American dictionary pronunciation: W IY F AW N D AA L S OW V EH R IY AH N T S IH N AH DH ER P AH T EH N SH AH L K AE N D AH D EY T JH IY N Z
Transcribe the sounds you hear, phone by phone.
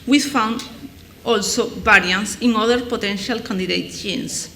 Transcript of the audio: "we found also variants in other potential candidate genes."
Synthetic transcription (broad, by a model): W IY F AW N D AA L S OW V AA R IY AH N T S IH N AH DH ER P AH T EH N SH AH L K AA N D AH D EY T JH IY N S